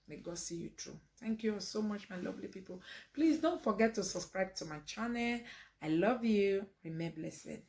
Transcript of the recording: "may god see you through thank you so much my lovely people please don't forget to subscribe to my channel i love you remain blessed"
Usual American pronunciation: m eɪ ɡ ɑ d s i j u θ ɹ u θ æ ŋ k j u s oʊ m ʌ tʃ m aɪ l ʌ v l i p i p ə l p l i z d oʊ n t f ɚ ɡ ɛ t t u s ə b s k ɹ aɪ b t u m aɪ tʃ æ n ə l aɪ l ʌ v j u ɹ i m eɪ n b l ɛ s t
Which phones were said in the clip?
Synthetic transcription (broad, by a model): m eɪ ɡ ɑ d s i j u t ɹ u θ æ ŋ k j u s oʊ m ʌ tʃ m aɪ l ʌ v l i p i p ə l p l i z d oʊ n t f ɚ ɡ ɛ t t u s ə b s k ɹ aɪ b t u m aɪ tʃ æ n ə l aɪ l ʌ v j u ɹ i m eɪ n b l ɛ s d